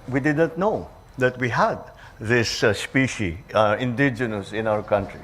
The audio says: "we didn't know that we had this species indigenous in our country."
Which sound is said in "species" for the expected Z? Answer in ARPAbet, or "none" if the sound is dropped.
none